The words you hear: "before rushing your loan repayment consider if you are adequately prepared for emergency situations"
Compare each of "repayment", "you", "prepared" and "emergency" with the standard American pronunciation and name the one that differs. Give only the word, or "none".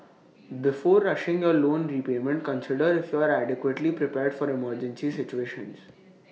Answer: none